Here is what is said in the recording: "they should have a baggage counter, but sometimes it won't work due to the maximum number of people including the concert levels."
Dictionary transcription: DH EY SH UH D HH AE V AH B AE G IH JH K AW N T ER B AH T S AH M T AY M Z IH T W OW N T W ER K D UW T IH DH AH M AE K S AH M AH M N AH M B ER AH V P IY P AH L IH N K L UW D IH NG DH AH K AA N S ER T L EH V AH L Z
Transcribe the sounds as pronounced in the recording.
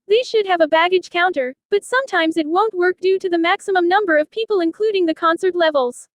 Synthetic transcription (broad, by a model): DH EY SH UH D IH V AH B AE G IH JH K AW N T ER B AH T S AH M T AY M Z IH T W OW N T W ER K D UW T IH DH AH M AE K S AH M AH M N AH M B ER AH V P IY P L IH N K L UW D IH NG DH AH K AA N S ER T L EH V L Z